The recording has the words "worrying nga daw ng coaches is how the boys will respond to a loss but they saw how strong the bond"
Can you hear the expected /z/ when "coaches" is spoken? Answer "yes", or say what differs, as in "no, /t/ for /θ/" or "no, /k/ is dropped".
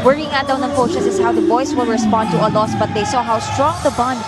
no, /s/ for /z/